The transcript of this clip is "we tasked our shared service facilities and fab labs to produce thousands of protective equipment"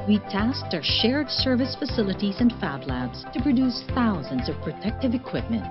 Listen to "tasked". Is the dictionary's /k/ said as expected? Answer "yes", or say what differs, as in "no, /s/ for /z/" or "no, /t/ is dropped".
yes